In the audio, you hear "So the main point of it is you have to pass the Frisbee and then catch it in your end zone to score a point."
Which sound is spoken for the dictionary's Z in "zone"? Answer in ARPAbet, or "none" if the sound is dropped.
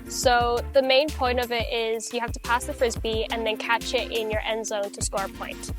Z